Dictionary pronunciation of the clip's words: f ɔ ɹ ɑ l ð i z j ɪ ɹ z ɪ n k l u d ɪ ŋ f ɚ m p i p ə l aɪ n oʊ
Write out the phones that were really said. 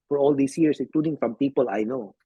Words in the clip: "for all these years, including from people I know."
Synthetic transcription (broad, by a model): f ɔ ɹ ɑ l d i s j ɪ ɹ s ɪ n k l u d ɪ ŋ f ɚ m p i p ə l aɪ n oʊ